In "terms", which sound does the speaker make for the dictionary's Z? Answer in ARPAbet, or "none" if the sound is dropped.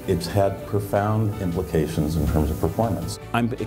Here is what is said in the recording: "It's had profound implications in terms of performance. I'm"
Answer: Z